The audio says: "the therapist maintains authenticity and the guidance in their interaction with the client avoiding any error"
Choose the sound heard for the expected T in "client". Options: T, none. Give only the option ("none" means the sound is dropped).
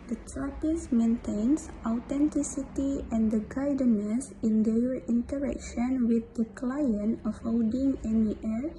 none